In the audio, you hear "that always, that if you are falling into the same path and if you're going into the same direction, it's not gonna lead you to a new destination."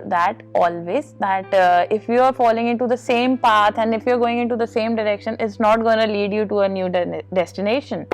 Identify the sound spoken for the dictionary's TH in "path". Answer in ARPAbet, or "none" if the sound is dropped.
T